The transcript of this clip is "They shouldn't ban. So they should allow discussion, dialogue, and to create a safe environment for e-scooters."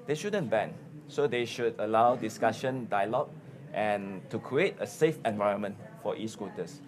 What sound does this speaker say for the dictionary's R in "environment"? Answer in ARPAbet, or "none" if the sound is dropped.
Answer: R